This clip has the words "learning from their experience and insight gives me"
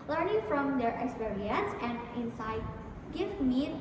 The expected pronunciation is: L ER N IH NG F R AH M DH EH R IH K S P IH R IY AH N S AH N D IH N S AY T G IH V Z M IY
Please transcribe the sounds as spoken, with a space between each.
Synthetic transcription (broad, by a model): L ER N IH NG F R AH M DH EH R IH K S P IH R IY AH N S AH N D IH N S AY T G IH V M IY